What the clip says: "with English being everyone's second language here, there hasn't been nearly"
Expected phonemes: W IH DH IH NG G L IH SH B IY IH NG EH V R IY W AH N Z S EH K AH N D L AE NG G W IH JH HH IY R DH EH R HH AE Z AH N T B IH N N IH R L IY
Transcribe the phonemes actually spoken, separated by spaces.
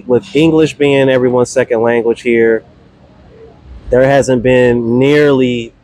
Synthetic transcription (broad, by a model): W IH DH IH NG G L IH SH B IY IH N EH V R IY W AH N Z S EH K AH N D L AE NG G W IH ZH HH IY R DH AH R HH AE Z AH N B IH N N IH R L IY